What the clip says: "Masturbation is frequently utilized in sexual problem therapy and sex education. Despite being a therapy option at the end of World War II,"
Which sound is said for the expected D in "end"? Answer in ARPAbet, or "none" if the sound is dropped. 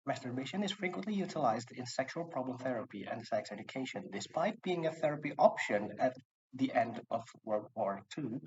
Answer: D